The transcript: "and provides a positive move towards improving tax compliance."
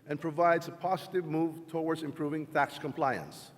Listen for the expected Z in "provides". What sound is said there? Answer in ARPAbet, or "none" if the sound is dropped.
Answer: Z